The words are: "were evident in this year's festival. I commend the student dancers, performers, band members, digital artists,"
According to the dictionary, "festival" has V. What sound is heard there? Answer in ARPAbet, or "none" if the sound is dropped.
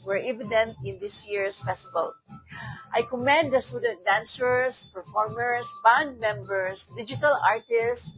B